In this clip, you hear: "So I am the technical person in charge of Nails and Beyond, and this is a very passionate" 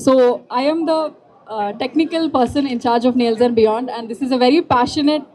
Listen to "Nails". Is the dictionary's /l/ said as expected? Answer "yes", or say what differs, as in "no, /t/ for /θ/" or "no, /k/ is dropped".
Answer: yes